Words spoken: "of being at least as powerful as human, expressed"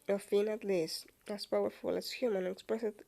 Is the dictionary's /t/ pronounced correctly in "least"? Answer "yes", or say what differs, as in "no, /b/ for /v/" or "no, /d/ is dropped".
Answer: no, /t/ is dropped